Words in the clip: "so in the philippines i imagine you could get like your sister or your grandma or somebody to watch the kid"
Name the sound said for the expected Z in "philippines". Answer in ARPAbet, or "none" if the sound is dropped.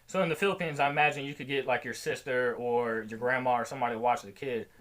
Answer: Z